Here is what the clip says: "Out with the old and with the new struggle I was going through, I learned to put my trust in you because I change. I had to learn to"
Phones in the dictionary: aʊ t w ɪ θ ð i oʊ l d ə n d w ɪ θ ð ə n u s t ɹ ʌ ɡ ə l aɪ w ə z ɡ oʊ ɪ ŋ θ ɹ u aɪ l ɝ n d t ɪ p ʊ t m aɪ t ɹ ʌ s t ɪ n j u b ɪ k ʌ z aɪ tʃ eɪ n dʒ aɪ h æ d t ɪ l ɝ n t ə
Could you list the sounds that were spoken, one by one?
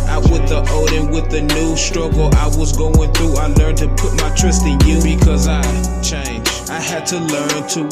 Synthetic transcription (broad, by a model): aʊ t w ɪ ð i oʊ d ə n w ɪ ð ə n u s t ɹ ʌ ɡ l aɪ w ə z ɡ oʊ ɪ ŋ θ ɹ u aɪ l ɝ n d t ɪ p ʊ t m aɪ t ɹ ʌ s t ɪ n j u b ɪ k ʌ z aɪ tʃ eɪ n dʒ aɪ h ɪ d t ɪ l ɝ n t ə